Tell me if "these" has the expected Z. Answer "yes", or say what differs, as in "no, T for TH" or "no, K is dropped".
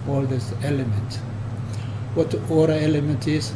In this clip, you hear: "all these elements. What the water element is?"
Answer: no, S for Z